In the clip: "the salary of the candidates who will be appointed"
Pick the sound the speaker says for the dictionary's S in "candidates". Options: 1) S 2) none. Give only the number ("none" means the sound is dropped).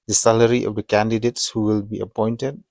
1